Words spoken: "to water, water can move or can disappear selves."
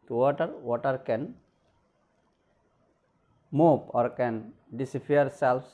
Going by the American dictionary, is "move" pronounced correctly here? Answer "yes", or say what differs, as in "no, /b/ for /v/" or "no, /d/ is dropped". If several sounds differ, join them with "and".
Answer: no, /p/ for /v/